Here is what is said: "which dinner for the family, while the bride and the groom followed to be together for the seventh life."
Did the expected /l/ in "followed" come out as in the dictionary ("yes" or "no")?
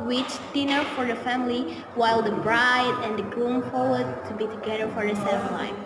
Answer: no